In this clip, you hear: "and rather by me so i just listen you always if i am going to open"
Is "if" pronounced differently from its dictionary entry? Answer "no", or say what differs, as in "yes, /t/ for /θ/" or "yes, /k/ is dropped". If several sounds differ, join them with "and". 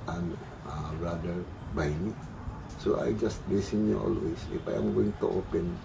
yes, /p/ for /f/